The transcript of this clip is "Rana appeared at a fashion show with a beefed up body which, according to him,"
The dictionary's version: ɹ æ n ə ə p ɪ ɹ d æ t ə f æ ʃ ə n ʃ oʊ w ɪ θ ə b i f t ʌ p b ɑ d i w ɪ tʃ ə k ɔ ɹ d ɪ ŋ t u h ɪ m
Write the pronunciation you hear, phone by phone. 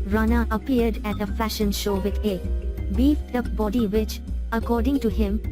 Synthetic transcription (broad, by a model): ɹ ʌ n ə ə p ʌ ɹ d æ t ə f æ ʃ ə n ʃ oʊ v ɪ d ə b i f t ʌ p b ɑ d i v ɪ tʃ ə k ɔ ɹ d ɪ ŋ t u h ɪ m